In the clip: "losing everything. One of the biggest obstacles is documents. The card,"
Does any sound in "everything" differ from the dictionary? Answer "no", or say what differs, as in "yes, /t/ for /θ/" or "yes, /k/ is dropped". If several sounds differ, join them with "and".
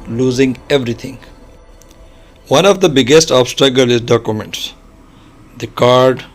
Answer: yes, /t/ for /θ/